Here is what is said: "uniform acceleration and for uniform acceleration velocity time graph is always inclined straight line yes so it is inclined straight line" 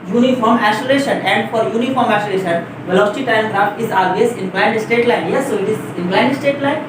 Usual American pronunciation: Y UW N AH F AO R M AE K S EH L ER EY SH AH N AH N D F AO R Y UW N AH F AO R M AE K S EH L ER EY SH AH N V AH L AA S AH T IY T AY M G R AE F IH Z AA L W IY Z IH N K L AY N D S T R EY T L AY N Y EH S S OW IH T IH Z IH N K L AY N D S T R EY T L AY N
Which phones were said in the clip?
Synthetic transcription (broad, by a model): Y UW N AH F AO R M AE S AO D EY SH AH N AH N D F AO R Y UW N AH F AO R M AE S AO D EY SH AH N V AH L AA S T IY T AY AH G R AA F IH Z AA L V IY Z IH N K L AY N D S T EY T L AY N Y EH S S OW IH T IH Z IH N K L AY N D S T EY T L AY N